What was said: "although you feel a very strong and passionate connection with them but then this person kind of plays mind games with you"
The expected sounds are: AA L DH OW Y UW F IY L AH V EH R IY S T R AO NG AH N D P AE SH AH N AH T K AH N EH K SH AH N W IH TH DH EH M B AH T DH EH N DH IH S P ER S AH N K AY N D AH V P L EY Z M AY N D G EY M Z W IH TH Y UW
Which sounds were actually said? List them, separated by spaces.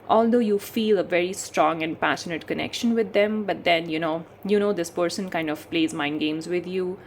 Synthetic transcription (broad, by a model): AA L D OW Y UW F IY L AH V EH R IY S T R AO NG AH N D P AE SH AH N AH T K AH N EH K SH AH N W IH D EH M B AH T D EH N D IH S P ER S AH N K AY N D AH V P L EY Z M AY N D G EY M Z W IH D Y UW